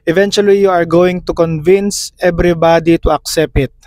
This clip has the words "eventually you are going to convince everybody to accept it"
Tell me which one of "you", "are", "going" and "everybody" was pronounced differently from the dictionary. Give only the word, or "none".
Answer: everybody